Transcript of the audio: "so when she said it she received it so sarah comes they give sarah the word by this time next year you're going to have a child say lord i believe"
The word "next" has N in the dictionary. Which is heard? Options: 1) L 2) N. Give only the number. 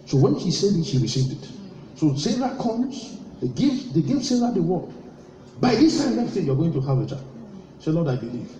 1